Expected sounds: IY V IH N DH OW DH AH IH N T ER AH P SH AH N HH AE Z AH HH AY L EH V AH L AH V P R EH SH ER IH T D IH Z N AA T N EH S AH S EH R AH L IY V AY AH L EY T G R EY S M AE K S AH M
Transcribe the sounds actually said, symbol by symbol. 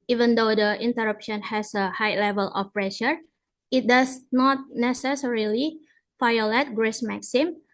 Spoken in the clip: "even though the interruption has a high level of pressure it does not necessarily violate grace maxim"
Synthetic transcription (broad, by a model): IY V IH N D OW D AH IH N T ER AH P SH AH N HH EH S AH HH AY L EH V AH L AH F P R EH SH ER IH T D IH S N AA T N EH S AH S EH R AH L IY F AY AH L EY T G R EY S M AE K S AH M